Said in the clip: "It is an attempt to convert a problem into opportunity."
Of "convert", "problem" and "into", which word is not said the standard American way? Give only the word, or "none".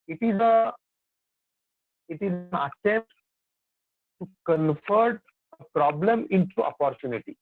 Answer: convert